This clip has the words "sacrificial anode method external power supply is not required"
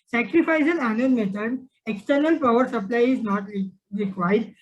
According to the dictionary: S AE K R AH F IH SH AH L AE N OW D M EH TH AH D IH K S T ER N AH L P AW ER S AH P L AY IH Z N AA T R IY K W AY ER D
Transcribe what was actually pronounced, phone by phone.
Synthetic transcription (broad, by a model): S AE K R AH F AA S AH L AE N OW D M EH T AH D IH K S T ER N AH L P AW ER S AH P L AY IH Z N AA T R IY K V AY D